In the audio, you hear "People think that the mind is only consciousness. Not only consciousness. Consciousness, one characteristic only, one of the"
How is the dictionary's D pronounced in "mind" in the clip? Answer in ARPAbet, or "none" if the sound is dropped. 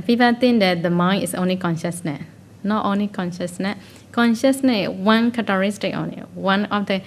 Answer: none